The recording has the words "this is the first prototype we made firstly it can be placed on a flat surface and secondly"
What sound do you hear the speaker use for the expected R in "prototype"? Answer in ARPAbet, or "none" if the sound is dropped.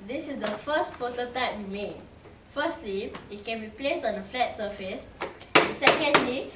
none